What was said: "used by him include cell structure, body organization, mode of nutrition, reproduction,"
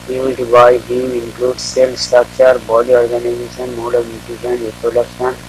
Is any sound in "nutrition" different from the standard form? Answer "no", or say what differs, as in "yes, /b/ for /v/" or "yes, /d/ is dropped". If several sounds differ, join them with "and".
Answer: yes, /ɹ/ is dropped